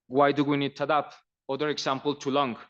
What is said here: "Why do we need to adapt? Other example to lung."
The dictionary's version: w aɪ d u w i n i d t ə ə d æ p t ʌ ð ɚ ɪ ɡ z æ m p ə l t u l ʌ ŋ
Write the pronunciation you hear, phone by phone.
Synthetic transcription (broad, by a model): w aɪ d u w i n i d t ə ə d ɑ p ʌ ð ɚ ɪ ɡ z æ m p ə l t u l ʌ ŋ